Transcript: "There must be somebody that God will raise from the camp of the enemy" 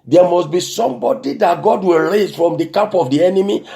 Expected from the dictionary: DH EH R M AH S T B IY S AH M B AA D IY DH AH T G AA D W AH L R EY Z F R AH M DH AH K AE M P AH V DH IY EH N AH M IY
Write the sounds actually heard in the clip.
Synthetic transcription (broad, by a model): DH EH M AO S T B IY S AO M B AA D IY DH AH T G AA D W AH L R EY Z F R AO M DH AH K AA P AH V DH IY EH N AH M IY